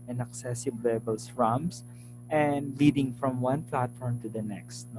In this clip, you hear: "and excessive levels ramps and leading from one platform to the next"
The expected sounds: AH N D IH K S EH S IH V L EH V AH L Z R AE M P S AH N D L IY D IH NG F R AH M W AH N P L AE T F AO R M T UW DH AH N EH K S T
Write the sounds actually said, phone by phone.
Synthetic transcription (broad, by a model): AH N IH K S EH S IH B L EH B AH L S R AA M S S AH N D L IY D IH NG F R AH M W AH N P L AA T F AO R M T UW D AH N EH K S T